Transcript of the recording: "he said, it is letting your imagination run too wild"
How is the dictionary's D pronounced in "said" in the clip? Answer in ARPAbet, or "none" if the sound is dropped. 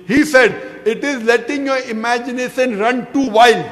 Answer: D